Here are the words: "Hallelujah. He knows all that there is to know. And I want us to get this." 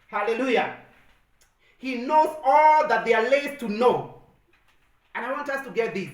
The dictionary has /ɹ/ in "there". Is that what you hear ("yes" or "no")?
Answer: no